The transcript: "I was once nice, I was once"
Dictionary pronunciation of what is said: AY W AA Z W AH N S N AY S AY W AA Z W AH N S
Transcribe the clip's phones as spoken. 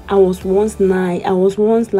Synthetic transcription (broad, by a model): AY W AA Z W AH N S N AY AY W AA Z W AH N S